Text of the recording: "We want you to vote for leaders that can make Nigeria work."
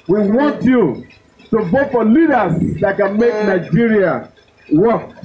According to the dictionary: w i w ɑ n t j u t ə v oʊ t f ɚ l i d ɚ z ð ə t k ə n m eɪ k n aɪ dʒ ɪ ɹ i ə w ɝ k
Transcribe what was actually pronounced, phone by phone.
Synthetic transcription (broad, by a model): w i w ɑ n t j u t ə b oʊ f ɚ l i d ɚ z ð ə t k ə n m eɪ k n aɪ dʒ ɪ ɹ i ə w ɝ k